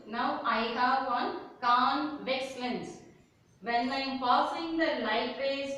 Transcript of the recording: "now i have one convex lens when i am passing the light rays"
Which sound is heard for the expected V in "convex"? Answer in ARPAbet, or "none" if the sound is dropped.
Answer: V